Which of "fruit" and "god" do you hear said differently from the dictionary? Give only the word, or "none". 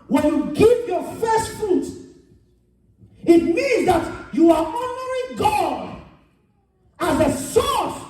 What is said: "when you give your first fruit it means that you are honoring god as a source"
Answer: fruit